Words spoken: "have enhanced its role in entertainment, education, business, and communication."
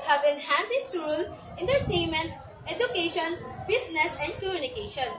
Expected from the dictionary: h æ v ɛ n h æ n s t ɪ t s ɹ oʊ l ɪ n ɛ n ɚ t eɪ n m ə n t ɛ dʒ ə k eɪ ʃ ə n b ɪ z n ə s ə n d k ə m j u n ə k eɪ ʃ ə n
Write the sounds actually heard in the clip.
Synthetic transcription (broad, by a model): h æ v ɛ n h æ n s ɪ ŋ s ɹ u l ɪ n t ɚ t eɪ n m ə n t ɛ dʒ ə k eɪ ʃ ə n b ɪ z n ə s ə n d k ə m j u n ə k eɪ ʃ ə n